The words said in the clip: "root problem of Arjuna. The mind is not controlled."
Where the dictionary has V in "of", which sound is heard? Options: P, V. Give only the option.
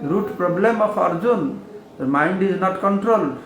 P